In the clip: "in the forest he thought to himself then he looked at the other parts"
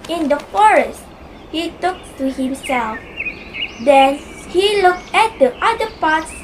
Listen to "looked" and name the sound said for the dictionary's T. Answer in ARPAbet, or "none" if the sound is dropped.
T